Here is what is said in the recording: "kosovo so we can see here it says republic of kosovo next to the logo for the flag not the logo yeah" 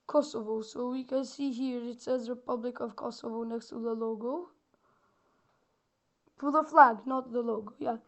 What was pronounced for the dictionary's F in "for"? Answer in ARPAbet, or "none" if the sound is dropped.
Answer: P